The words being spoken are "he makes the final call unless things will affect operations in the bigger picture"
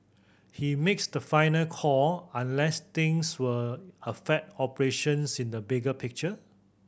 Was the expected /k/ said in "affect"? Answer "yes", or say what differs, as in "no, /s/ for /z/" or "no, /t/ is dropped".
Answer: no, /k/ is dropped